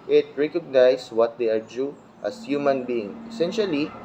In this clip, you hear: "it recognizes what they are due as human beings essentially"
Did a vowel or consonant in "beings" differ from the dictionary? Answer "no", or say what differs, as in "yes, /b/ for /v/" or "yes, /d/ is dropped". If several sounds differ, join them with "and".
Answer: yes, /z/ is dropped